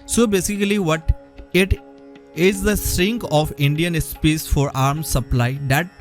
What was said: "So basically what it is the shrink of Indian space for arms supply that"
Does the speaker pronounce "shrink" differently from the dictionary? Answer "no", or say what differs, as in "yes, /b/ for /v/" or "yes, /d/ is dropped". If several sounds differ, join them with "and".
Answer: yes, /s/ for /ʃ/